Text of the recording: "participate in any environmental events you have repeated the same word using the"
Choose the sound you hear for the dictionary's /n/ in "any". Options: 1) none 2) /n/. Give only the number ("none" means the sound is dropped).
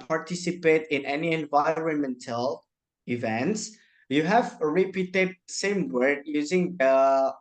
2